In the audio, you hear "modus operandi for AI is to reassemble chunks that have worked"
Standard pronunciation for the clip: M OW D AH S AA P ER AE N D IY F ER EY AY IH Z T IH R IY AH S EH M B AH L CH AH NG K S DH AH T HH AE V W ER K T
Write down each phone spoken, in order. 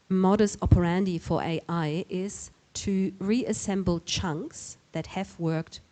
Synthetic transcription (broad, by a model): M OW D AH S AA P ER AE N D IY F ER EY AY IH Z T IH R IY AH S EH M B L CH AH NG K S DH AH T HH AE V W ER K T